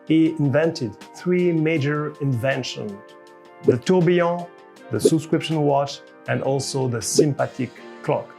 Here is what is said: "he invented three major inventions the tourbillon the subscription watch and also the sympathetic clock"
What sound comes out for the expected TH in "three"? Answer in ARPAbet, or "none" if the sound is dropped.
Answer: TH